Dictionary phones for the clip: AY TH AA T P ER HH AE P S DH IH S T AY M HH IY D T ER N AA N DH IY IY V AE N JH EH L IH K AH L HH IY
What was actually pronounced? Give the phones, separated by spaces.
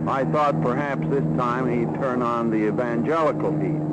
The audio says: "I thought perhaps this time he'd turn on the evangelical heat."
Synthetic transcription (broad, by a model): AY TH AA T P ER HH AE P S DH IH S T AY M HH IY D T ER N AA N DH IY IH V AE N JH EH L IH K L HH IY